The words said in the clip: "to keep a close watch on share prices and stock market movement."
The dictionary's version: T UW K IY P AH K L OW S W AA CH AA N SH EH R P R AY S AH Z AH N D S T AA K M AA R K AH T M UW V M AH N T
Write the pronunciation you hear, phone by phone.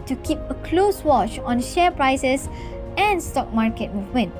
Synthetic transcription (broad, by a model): T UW K IY P AH K L OW S W AA CH AA N SH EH P R AY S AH S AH N S T AA K M AA R K AH T M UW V M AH N T